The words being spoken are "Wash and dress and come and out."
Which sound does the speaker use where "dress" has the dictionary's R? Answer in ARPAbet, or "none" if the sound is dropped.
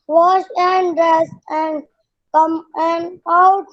R